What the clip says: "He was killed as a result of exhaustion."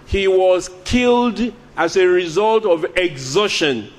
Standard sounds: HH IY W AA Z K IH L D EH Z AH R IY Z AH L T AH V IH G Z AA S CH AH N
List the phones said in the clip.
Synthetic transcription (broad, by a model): HH IY W AA Z K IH L D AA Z AH R IY Z AH L T AH V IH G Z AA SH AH N